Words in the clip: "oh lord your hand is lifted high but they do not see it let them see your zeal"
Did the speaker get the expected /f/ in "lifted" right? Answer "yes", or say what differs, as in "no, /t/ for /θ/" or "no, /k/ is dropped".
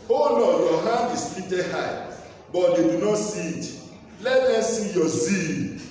no, /f/ is dropped